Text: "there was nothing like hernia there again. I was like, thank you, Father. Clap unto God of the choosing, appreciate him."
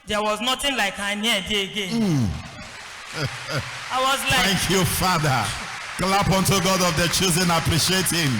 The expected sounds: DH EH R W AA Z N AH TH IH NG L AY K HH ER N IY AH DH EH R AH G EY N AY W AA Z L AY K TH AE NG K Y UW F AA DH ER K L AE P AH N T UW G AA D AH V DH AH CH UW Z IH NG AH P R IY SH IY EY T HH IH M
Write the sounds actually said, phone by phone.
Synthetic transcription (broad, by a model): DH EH W AA Z N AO T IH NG L AY K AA N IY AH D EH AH G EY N AY W AA Z L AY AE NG K Y UW F AA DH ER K L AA P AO N T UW G AA D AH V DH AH CH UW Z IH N AH P R IY SH IY EY T HH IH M